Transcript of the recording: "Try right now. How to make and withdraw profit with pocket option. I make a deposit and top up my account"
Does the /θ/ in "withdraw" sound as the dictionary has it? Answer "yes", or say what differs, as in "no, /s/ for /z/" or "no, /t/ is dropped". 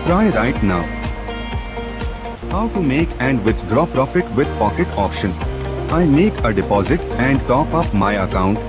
no, /t/ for /θ/